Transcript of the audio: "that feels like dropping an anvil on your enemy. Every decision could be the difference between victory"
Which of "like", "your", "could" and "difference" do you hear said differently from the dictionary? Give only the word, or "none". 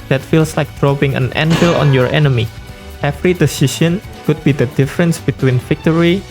none